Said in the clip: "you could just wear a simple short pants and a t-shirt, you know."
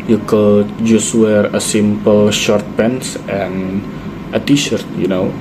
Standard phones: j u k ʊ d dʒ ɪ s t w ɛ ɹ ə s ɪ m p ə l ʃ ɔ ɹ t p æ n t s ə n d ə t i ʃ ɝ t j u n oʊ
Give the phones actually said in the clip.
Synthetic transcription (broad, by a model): j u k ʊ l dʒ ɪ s w ɛ ɹ ə s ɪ m p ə l ʃ ɔ ɹ t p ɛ n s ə n ə t i ʃ ɝ t j u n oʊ